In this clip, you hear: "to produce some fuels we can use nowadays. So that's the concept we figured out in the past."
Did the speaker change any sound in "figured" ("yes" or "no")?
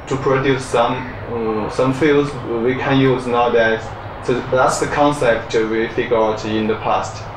yes